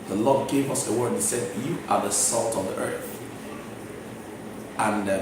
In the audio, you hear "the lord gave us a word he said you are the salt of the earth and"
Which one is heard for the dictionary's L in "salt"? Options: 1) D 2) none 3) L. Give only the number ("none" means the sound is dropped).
3